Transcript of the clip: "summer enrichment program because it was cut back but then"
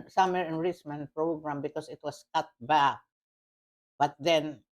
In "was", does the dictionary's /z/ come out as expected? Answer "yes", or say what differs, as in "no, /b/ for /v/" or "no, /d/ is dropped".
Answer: no, /s/ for /z/